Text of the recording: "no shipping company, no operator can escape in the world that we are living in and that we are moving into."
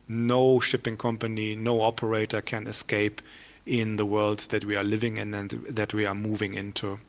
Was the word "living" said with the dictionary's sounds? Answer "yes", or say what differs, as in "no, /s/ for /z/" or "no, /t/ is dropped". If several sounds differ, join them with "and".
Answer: yes